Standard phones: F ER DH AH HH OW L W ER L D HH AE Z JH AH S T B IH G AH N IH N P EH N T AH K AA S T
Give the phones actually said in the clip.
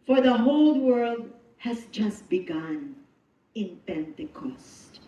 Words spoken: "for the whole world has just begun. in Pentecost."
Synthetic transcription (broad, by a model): F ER DH AH HH OW L W ER L D HH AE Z JH AH S T B IH G AH N IH N P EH N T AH K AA S T